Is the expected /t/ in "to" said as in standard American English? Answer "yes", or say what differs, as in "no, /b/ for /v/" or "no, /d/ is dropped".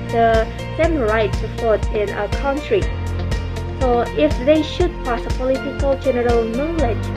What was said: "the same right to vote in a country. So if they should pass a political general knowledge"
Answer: no, /s/ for /t/